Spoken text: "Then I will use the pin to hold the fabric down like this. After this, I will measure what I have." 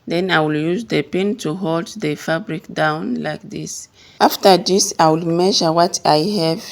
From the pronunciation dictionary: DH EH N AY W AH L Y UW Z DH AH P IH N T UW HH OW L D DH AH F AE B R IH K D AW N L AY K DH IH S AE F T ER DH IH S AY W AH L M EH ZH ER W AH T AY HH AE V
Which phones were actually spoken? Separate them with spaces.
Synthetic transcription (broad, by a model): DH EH N AY W AH L Y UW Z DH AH P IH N T UW HH OW L D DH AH F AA B R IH K D AW N L AY K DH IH S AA F T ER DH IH S AY W AH L M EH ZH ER W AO T AY HH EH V